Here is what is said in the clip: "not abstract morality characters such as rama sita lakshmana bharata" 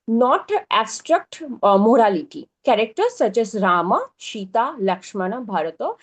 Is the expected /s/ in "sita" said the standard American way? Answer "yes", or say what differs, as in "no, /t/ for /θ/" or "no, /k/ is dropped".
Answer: no, /ʃ/ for /s/